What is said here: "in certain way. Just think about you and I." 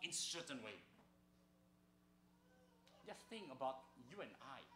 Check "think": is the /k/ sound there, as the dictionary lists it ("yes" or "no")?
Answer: no